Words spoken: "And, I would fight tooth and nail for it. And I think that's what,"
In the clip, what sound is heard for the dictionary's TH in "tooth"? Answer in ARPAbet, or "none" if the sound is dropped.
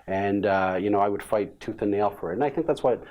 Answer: TH